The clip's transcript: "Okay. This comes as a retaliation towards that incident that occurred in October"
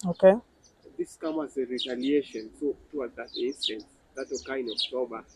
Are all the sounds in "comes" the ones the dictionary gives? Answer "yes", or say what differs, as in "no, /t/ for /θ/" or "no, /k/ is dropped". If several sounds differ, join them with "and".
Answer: no, /z/ is dropped